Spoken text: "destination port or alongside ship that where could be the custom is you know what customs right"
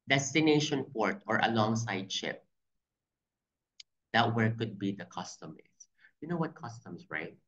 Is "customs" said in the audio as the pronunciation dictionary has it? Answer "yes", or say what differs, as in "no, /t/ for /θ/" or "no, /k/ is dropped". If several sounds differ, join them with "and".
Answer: no, /s/ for /z/